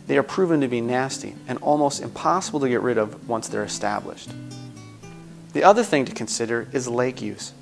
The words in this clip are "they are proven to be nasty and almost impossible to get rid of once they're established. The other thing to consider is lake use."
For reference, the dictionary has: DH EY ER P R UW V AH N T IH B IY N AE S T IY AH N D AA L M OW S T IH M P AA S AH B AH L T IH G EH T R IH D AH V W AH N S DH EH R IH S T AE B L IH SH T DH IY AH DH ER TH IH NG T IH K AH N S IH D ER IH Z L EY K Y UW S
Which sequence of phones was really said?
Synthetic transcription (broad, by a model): DH EY ER P R UW V AH N T IH B IY N AE S T IY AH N AA L M OW S T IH M P AA S AH B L T IH G EH T R IH D AH V W AH N S DH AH R IH S T AE B L IH SH T DH IY AH DH ER TH IH NG T IH K AH N S IH D ER IH Z L EY K Y UW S